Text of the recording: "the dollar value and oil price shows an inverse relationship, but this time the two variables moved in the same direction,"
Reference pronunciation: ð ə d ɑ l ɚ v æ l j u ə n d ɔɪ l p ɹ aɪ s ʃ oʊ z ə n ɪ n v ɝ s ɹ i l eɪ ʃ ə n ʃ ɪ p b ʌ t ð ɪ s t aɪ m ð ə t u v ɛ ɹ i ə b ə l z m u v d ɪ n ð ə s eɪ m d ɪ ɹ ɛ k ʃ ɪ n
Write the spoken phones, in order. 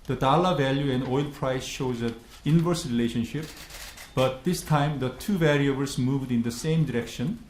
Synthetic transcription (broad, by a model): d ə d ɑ l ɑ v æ l j u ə n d ɔɪ l p ɹ aɪ s ʃ oʊ z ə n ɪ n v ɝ s ɹ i l eɪ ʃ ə n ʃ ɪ p b ʌ t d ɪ s t aɪ m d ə t u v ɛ ɹ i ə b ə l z m u v d ɪ n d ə s eɪ m d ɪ ɹ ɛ k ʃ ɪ n